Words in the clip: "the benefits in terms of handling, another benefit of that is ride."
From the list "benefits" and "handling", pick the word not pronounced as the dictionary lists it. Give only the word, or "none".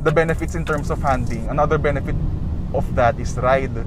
handling